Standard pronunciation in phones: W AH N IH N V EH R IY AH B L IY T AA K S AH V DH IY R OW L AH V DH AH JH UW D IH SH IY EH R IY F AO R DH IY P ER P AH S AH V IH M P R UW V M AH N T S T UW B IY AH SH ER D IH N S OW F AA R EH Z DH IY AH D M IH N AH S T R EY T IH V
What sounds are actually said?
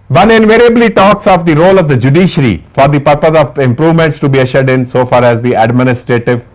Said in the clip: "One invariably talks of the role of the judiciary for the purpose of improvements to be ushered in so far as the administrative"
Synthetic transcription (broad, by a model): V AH N IH N V EH R IY AH B L IY T AA K S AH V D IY R OW L AH V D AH JH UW D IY SH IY R IY F AO R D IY P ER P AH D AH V IH M P R UW V M AH N T S T UW B IY AH SH ER D IH N S OW F AA R EH Z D IY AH D M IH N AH S T R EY T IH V